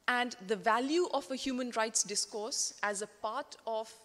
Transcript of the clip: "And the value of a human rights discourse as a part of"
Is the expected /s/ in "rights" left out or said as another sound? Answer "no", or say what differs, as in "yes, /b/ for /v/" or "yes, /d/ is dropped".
no